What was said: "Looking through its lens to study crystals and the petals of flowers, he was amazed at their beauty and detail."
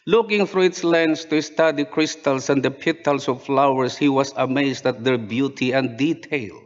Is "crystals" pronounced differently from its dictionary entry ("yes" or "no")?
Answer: yes